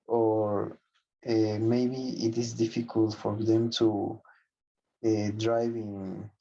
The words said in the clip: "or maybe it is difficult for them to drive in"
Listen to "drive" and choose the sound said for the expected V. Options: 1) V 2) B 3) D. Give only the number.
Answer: 1